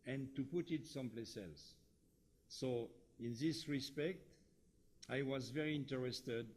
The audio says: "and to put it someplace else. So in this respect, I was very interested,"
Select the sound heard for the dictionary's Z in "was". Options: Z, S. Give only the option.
Z